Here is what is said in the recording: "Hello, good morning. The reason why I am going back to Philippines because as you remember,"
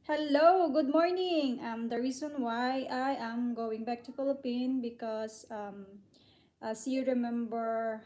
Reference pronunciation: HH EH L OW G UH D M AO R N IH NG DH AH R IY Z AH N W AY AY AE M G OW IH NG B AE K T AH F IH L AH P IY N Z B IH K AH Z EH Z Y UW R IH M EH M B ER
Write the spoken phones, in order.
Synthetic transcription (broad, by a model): HH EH L OW G UH D M AO R N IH NG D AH R IY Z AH N W AY AY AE M G OW IH NG B AE K T AH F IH L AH P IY N B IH K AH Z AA S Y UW R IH M EH M B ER